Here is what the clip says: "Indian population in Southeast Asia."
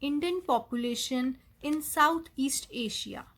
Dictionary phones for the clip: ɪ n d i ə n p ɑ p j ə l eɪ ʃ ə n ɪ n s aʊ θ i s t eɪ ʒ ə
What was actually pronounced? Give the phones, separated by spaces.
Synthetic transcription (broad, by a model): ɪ n d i ə n p ɑ p j ə l eɪ ʃ ə n ɪ n s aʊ t i s t eɪ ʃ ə